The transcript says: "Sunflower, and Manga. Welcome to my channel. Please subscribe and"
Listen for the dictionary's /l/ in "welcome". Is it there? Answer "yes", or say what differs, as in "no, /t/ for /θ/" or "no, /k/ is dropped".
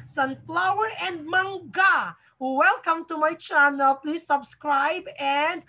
yes